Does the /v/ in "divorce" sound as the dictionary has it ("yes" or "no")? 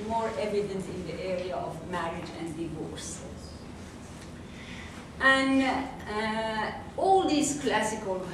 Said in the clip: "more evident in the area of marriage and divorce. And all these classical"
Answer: yes